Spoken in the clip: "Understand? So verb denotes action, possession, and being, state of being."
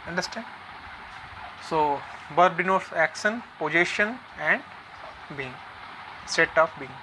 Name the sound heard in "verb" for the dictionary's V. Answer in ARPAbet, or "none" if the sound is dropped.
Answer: B